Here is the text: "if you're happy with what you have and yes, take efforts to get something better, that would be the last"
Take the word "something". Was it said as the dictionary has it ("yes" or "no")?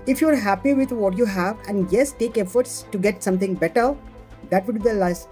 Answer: no